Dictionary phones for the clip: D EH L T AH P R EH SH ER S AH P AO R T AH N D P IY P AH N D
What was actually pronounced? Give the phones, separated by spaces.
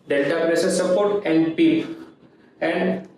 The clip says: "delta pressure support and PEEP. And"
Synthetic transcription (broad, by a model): D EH L T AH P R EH S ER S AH P AO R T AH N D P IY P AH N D